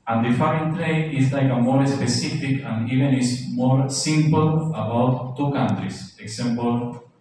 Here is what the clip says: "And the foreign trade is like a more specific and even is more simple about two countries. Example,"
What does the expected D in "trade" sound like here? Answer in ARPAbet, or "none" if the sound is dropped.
none